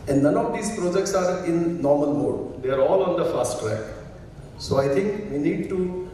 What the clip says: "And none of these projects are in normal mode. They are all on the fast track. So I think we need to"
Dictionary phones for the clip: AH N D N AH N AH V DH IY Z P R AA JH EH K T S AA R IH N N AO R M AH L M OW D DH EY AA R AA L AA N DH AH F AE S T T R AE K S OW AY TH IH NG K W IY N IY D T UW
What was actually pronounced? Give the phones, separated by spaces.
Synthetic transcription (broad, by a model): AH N D N AH N AH V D IY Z P R AA JH EH K T S AA R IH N N AO R M AH L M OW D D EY AA R AA L AA N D AH F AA S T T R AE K S OW AY T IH NG K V IY N IY D T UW